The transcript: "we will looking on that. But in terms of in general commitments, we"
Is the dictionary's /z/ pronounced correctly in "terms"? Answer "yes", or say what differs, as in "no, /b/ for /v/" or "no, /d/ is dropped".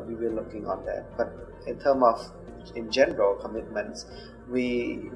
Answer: no, /z/ is dropped